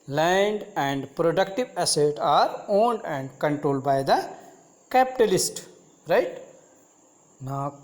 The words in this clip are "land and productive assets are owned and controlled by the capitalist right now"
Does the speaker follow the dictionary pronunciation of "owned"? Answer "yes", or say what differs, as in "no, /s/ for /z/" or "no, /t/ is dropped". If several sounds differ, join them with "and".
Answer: yes